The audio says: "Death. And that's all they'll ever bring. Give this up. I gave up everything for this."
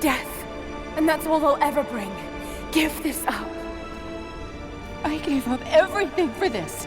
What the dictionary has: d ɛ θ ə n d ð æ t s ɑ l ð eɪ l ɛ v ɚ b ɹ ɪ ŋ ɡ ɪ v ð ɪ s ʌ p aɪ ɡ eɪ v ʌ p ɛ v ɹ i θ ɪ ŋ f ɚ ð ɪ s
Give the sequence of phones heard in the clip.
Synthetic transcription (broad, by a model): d ɛ θ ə n ð æ t s ɑ l ð eɪ l ɛ v ɚ b ɹ ɪ ŋ ɡ ɪ v ð ɪ s ʌ p aɪ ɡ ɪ v ʌ p ɛ v ɹ i θ ɪ ŋ f ɚ ð ɪ s